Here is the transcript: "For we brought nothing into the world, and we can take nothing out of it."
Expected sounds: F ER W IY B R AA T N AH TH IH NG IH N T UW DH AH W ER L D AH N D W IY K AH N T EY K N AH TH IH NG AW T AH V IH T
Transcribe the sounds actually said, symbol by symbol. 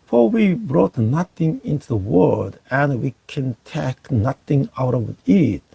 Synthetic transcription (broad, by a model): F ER W IY B R AA T N AH TH IH NG IH N T UW DH AH W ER D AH N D W IY K AH N T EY K N AH TH IH NG AW T AH V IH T